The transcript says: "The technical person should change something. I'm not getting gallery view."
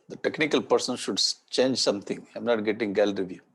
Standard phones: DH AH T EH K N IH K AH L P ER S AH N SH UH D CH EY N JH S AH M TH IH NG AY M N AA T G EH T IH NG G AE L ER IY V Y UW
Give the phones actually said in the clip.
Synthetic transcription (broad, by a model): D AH T EH K N IH K AH L P ER S AH N SH UH D CH EY N JH S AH M T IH NG AY M N AA T G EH T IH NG G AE L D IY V Y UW